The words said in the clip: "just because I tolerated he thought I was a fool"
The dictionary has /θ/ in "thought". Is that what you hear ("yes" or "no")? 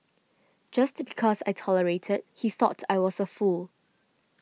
yes